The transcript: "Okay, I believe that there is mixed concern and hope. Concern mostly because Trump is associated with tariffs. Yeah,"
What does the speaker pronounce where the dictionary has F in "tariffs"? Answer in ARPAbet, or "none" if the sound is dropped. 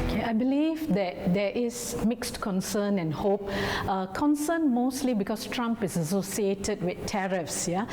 F